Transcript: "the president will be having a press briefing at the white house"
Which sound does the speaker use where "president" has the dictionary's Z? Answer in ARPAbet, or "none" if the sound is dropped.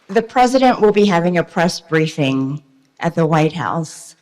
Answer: Z